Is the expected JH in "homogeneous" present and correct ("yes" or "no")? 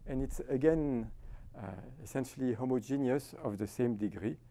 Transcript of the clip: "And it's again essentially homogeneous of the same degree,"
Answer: yes